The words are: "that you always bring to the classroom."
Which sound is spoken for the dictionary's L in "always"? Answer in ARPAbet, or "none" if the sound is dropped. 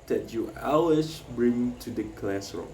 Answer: none